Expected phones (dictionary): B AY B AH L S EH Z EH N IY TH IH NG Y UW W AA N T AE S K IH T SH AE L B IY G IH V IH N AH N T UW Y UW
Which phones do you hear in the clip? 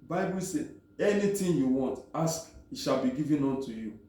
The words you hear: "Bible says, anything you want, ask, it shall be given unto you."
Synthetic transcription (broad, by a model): B AY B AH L S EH EH N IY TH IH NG Y UW W AA N T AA S K IH T SH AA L B IY G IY V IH N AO N T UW Y UW